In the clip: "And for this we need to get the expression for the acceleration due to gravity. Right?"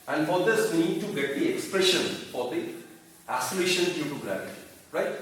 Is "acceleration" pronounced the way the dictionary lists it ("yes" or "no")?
no